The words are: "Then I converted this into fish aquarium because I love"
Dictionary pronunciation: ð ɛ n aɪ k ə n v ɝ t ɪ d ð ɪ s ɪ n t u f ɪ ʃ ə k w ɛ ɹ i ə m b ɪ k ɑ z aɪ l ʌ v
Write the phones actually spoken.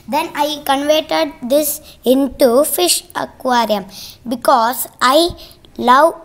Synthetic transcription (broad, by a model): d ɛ n aɪ k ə n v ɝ t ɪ d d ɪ s ɪ n t u f ɪ ʃ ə k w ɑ ɹ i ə m b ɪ k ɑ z aɪ l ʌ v